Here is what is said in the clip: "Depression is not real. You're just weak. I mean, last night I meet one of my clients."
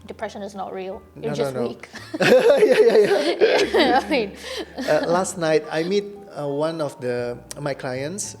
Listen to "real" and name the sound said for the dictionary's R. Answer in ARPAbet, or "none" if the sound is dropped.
R